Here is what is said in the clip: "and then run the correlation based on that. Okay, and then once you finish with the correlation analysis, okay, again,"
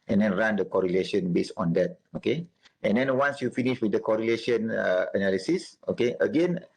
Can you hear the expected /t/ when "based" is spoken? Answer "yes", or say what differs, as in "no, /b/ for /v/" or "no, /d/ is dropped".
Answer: no, /t/ is dropped